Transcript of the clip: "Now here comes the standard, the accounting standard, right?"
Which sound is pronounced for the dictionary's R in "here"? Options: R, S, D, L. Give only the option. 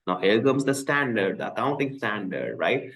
L